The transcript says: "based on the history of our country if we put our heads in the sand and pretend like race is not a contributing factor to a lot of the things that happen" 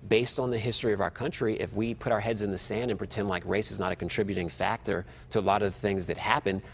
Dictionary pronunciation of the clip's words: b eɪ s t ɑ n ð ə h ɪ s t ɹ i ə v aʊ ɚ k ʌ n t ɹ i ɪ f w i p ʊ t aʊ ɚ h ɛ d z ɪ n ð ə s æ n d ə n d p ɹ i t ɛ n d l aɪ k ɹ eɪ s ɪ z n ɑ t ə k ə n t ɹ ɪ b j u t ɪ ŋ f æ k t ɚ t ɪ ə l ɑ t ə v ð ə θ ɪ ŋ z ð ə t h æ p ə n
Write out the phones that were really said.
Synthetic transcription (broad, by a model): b eɪ s t n ð ə h ɪ s t ɹ i ə v aʊ ɚ k ʌ n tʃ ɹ i ɪ f w i p ʊ t aʊ ɚ h ɛ d z ɪ n ð ə s æ n d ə n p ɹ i t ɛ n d l aɪ k ɹ eɪ s ɪ z n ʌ t ə k n t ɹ ɪ b j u t ɪ ŋ f æ k t ɚ t ɪ ə l ɑ t ə v θ ɪ ŋ z ð ə t h æ p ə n